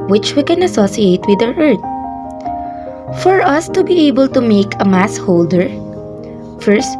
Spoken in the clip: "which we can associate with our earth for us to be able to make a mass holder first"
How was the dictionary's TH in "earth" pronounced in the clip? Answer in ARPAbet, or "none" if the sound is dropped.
T